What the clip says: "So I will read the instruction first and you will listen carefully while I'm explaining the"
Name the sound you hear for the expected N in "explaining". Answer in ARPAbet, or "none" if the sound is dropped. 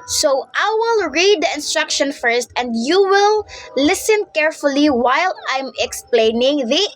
N